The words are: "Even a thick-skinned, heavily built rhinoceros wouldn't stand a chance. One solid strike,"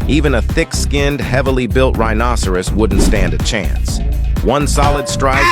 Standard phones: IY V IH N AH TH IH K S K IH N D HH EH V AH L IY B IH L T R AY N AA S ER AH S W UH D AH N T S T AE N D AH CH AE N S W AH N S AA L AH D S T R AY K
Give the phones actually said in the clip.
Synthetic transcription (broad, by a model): IY V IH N AH TH IH K S K IH N D HH EH V L IY B IH L T R AY N AA S ER AH S W UH D N T S T AE N D AH CH AE N S W AH N S AA L AH D S T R AY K